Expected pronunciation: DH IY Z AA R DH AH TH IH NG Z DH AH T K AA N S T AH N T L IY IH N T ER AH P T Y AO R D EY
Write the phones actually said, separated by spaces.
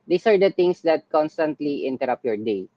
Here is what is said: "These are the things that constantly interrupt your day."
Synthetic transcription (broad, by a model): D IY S AA R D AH T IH NG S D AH T K AA N S T AH N T L IY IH N T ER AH P Y AO R D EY